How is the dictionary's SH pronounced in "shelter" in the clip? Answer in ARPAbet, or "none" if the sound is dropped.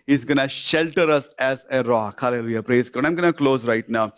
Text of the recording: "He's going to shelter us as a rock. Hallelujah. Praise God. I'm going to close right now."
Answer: SH